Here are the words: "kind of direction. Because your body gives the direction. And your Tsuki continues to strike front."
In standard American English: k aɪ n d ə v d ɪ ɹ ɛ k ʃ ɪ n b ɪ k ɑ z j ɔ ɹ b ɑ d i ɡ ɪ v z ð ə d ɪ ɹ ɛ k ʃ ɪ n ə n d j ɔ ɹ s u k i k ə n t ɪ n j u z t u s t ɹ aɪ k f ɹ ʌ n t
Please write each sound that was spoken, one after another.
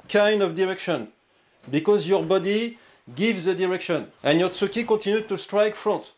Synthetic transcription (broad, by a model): k aɪ n d ə v d ɪ ɹ ɛ k ʃ ɪ n b ɪ k ɑ z j ɔ ɹ b ɑ d i ɡ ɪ v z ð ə d ɪ ɹ ɛ k ʃ ɪ n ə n j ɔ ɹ s u k i k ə t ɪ n j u t u s t ɹ aɪ k f ɹ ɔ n t